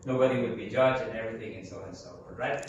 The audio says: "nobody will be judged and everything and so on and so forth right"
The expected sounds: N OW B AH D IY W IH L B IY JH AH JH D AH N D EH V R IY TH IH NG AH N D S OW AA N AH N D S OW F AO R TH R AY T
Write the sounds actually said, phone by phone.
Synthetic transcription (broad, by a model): N OW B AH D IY W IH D B IY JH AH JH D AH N EH V R IY TH IH NG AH N S OW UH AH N S OW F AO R R AY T